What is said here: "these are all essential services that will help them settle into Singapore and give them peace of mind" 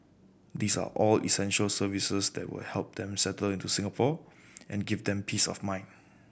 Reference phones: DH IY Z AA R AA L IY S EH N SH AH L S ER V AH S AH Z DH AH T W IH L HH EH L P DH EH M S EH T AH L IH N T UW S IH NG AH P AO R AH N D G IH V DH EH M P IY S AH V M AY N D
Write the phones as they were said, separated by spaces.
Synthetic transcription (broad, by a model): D IY S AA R AA L IY S EH N SH AH L S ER V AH S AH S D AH T W IH L HH EH L P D EH M S EH T AH L IH N T UW S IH NG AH P AO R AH N G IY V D EH M P IY S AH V M AY N